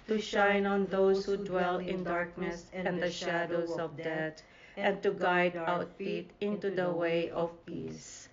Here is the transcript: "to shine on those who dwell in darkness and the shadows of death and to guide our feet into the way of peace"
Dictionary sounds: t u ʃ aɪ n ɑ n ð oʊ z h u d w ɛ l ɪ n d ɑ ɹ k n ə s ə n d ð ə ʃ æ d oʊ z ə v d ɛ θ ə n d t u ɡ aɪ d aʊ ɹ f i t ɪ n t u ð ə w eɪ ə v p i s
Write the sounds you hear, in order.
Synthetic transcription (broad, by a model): t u ʃ aɪ n ɑ n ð oʊ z h u d w ɛ l ɪ n d ɑ ɹ k n ə s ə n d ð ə ʃ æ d oʊ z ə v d ɛ t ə n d t u ɡ aɪ d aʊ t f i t ɪ n t u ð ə w eɪ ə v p i s